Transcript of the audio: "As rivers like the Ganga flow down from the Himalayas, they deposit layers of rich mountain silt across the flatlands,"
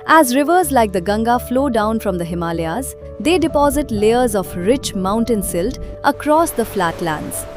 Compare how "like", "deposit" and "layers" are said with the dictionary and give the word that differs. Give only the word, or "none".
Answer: none